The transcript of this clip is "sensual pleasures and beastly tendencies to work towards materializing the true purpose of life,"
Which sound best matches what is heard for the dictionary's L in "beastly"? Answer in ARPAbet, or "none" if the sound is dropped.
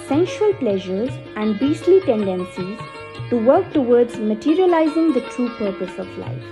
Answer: L